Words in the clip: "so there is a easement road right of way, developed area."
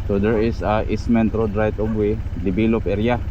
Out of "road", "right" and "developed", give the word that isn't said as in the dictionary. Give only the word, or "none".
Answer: developed